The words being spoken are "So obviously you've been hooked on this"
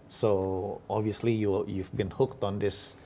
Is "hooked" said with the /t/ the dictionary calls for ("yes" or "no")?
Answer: yes